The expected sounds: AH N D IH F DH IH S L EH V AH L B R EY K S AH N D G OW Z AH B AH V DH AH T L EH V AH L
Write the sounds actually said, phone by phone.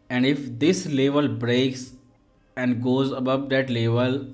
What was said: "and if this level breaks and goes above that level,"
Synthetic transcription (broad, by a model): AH N D IH F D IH S L EH V AH L B R EY K S AH N D G OW Z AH B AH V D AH T L EH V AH L